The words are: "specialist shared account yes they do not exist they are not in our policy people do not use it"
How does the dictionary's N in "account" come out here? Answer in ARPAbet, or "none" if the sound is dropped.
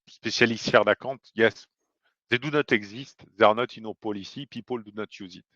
none